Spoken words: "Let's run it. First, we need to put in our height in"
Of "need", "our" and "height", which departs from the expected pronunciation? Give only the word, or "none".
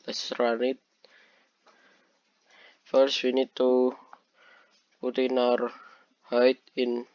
none